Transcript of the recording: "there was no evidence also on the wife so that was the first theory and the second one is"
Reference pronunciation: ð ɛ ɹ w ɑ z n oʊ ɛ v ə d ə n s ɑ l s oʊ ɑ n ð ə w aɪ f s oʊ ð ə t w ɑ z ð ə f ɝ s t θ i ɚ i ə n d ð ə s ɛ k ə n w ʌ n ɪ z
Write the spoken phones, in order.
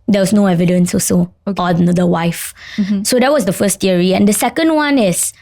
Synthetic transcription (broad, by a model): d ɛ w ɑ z n oʊ ɛ v ə d ə n s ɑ s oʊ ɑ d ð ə w aɪ f s oʊ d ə t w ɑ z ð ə f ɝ s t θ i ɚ i ə n d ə s ɛ k ə n w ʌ n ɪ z